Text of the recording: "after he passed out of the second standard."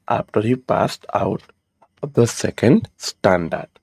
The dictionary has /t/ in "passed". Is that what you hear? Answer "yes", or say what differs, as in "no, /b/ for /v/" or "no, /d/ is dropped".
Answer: yes